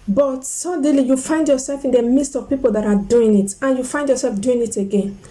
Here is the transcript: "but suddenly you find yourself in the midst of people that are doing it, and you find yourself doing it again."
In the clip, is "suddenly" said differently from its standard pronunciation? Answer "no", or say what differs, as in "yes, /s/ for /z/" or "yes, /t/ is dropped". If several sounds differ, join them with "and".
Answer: yes, /n/ is dropped